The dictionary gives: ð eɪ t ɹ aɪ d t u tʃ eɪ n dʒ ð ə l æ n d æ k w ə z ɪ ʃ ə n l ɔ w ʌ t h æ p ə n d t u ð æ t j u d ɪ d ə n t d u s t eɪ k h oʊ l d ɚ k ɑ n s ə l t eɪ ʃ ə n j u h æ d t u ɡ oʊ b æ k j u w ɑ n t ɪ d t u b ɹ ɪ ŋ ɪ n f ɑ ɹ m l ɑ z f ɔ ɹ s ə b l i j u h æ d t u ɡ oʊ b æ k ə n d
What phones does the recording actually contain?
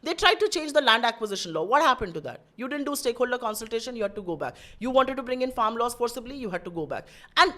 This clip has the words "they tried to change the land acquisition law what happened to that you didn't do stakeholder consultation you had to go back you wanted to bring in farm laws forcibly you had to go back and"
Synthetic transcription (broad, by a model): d eɪ t ɹ aɪ d t u tʃ eɪ n dʒ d ə l æ n d æ k w ə z ɪ ʃ ə n l ɔ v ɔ t h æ p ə n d t u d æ t j u d ɪ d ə n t d u s t eɪ k h oʊ l d ɚ k ɑ n s ə l t eɪ ʃ ə n j u h æ d t u ɡ oʊ b æ k j u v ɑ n t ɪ d t u b ɹ ɪ ŋ ɪ n f ɑ ɹ m l ɑ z f ɔ ɹ s ə b l i j u h æ d t u ɡ oʊ b æ k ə n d